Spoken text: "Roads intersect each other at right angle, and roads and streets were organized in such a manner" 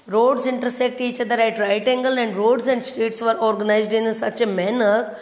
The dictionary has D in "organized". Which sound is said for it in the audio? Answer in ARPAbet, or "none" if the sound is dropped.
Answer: D